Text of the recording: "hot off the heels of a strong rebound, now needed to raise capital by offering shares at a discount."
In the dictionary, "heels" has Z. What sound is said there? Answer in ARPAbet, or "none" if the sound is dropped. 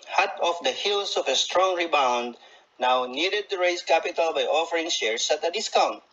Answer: S